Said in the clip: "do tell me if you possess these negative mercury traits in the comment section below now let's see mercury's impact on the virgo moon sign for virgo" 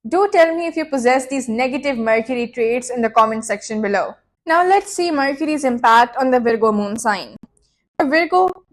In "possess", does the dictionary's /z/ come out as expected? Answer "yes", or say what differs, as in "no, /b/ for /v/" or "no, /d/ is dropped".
yes